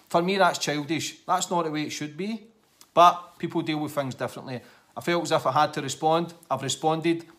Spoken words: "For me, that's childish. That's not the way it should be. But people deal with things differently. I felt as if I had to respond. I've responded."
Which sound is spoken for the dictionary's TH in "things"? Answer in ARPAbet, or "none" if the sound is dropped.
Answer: TH